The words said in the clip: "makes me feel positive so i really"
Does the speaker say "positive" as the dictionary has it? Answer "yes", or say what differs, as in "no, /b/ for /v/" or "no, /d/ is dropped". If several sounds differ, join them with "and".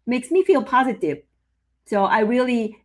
yes